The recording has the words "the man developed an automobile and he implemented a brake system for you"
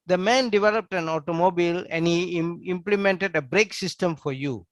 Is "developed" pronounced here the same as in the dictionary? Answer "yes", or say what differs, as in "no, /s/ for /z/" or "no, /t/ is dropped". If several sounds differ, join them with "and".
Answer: yes